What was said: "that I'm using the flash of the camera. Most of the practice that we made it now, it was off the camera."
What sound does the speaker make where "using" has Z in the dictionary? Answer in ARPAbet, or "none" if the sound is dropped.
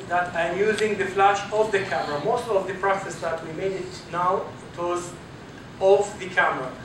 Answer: Z